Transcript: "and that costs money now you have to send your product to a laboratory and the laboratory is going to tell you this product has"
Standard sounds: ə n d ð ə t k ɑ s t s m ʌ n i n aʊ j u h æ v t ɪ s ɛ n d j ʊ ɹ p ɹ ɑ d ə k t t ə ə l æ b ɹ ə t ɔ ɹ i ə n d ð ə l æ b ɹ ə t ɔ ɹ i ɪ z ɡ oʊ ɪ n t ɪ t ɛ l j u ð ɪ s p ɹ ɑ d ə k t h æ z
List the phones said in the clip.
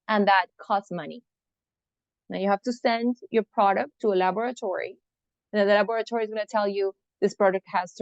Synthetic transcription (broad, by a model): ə n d ð ə t k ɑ s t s m ʌ n i n aʊ j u h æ f t ɪ s ɛ n d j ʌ ɹ p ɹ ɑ d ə k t t ə ə l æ b ɹ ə t ɔ ɹ i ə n ð ə l æ b ɹ ə t ɔ ɹ i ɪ z ɡ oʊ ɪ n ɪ t ɛ l j u ð ɪ s p ɹ ɑ d ə k t h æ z